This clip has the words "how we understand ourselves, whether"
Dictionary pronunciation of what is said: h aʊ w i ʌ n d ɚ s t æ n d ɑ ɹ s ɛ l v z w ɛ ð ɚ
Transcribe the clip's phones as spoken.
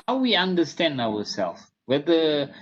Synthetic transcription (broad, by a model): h aʊ w i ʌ n d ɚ s t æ n d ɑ w s ɛ l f w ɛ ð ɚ